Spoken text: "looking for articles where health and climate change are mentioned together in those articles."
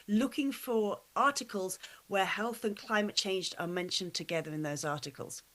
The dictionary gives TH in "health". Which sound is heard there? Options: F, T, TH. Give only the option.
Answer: TH